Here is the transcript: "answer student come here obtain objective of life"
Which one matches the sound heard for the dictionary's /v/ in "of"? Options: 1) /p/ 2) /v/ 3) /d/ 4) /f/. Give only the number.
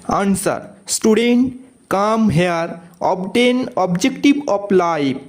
1